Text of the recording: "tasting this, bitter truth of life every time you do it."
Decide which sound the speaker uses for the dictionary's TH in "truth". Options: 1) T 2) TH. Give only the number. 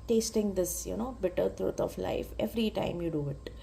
1